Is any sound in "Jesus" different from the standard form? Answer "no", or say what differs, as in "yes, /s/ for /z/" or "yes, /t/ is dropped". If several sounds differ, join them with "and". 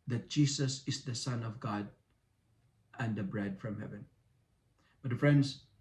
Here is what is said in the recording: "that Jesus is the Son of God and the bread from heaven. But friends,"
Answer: yes, /s/ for /z/